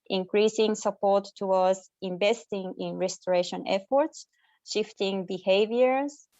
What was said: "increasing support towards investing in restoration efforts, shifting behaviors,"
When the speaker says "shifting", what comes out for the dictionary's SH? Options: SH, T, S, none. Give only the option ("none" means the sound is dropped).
SH